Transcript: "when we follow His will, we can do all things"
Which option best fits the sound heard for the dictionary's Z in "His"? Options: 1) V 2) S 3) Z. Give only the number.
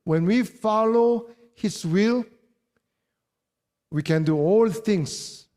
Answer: 2